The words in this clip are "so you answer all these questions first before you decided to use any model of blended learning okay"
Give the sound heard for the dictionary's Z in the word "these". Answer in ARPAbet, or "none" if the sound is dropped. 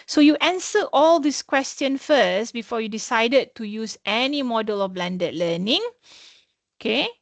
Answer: S